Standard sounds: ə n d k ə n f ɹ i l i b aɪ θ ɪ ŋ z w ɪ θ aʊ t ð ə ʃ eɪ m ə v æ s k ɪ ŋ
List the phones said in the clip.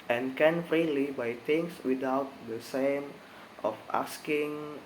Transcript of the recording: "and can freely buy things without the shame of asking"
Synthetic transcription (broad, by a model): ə n k ə n f ɹ i l i b aɪ t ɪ ŋ s w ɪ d aʊ t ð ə s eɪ m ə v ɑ s k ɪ ŋ